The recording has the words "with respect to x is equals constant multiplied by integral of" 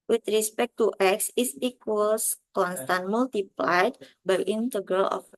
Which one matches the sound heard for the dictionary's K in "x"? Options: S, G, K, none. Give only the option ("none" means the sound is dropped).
K